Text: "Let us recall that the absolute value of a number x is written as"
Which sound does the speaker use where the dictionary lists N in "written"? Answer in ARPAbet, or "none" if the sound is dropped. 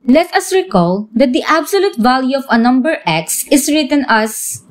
N